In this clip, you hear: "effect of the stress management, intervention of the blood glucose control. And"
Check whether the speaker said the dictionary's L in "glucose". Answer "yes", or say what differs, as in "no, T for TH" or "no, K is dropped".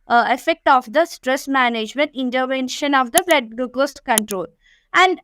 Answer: no, L is dropped